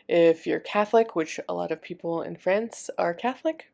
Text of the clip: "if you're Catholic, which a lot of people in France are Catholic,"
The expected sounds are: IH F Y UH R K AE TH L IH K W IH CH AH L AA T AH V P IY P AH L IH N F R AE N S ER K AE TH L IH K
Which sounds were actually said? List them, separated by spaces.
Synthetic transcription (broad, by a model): IH F Y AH R K AE TH L IH K W IH CH AH L AA T AH V P IY P L IH N F R AE N S ER K AE TH L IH K